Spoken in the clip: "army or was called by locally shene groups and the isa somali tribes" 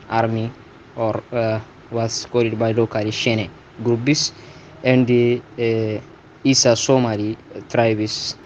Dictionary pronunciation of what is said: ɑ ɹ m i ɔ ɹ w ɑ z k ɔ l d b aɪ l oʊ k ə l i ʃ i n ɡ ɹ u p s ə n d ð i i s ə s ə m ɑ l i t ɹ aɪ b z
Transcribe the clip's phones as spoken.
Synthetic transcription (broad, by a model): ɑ ɹ m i ɔ ɹ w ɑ s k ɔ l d b aɪ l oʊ k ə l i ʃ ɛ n ɡ ɹ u b s ə n d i i s ə s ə m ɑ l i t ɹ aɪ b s